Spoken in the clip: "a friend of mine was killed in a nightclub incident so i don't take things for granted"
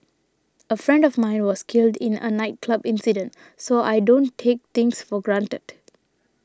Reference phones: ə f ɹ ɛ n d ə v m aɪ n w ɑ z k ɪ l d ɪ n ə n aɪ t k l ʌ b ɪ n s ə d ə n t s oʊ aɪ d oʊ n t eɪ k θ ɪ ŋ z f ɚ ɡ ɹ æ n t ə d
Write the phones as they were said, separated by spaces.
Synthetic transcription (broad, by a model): ə f ɹ ɛ n d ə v m aɪ n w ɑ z k ɪ l d ɪ n ə n aɪ t k l ʌ b ɪ n s ə d ə n t s oʊ aɪ d oʊ n t eɪ k t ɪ ŋ s f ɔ ɡ ɹ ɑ n t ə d